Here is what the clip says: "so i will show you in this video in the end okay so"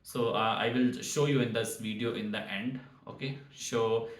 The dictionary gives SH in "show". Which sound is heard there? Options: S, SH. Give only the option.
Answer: SH